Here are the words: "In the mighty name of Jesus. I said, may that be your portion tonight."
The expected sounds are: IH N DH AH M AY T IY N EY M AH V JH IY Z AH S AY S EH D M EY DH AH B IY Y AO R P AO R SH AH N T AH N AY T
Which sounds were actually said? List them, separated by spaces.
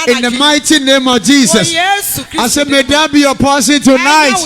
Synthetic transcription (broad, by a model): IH N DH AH M AY T IY N EY M AH V JH IY S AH S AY S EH M EY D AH B IY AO P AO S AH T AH N AY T